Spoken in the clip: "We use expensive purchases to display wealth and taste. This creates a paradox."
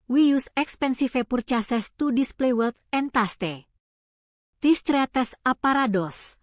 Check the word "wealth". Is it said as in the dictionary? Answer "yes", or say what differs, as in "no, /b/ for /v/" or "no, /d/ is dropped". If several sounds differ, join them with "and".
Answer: no, /t/ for /θ/